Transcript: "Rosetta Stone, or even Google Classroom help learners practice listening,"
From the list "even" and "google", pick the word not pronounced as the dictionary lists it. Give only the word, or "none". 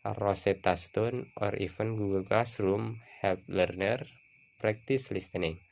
even